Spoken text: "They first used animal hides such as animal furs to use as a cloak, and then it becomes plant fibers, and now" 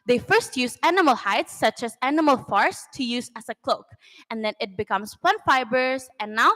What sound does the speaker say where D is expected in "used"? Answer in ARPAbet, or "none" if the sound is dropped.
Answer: none